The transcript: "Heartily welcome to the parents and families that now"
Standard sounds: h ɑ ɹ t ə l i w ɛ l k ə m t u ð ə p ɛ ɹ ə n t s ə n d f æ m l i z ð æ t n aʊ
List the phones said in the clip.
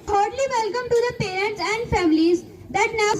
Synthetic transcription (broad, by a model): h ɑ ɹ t l i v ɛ l k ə m t u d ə p ɛ ɹ ə n t s ə n d f æ m l i z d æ t n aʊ